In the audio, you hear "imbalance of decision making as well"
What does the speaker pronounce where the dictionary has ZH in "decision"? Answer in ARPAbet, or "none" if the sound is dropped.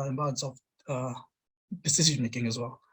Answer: S